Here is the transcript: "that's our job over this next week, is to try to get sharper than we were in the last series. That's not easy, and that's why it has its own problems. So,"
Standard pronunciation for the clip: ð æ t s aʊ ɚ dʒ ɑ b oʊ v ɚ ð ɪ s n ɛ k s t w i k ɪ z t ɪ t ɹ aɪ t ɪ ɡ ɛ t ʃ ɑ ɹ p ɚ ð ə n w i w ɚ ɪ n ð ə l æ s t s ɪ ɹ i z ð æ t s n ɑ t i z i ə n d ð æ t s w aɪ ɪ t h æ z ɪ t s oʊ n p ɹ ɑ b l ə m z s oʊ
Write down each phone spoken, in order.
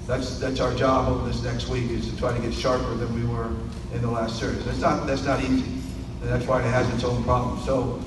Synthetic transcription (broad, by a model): ð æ t s aʊ ɚ dʒ ɑ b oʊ p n ð ɪ s n ɛ k s t w i k ɪ z t ɪ t ɹ aɪ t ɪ ɡ ɛ t ʃ ɑ ɹ p ɚ ð ə n w i w ɚ ɪ n ð ə l æ s t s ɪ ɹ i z ð æ t s n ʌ t i z i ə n ð æ t s w aɪ ɪ t h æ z ɪ t s oʊ n p ɹ ɑ b l ə m z s oʊ